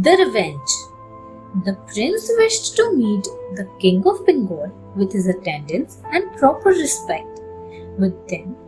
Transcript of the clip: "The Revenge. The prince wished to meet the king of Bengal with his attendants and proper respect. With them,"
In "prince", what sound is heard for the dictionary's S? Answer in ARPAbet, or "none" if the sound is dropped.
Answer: S